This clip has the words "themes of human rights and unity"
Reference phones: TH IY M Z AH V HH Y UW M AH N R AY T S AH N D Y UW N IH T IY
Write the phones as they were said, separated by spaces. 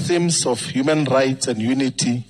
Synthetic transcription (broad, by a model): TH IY M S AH F HH Y UW M AH N R AY T S AH N D Y UW N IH T IY